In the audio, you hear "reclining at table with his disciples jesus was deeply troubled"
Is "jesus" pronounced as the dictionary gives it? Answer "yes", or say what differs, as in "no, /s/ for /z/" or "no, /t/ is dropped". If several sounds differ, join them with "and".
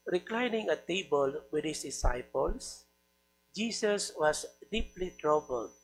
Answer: no, /s/ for /z/